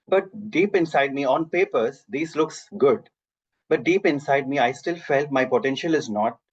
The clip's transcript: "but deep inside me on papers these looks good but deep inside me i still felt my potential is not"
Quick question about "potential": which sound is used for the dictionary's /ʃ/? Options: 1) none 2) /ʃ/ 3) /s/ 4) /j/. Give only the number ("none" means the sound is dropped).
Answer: 2